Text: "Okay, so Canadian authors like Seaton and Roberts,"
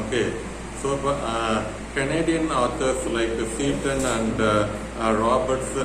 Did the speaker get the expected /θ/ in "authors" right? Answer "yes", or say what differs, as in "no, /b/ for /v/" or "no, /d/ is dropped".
no, /t/ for /θ/